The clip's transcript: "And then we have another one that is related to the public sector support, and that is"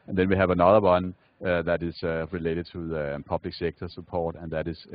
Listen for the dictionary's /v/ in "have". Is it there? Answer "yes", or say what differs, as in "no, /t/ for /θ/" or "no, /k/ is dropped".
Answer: yes